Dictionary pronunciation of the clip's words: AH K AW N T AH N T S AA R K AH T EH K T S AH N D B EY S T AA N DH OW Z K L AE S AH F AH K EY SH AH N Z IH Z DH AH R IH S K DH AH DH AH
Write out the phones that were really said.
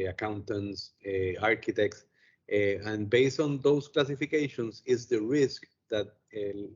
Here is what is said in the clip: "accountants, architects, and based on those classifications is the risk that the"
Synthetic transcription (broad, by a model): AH K AW N T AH N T S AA R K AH T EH K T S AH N B EY S T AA N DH OW S K L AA S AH F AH K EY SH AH N S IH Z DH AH R IH S K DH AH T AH